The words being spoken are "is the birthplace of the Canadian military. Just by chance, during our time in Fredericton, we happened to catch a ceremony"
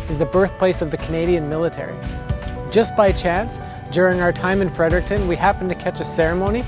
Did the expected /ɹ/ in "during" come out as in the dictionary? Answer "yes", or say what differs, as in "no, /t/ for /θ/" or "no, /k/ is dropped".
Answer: yes